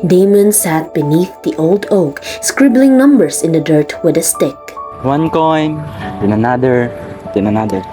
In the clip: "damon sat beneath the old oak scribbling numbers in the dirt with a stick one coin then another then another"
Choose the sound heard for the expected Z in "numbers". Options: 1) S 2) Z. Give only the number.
1